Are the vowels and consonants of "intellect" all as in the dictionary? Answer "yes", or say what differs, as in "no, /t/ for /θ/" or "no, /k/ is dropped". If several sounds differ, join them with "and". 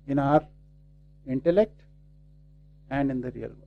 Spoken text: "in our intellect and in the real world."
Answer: yes